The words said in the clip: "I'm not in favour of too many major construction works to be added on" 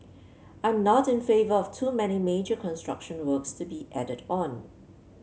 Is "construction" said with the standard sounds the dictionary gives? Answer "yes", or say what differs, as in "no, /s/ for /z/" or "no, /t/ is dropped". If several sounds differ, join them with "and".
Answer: yes